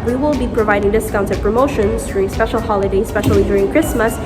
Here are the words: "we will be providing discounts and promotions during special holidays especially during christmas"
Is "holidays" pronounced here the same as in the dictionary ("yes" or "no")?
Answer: no